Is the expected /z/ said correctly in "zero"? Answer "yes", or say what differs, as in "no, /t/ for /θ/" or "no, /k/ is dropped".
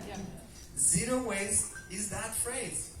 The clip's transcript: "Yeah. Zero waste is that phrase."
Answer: yes